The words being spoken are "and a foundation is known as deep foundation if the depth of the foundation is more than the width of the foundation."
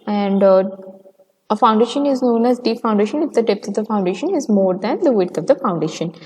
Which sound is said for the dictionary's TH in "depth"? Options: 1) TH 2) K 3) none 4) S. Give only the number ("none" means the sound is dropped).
4